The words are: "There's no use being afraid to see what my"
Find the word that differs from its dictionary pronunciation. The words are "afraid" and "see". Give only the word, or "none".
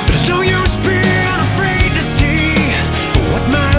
none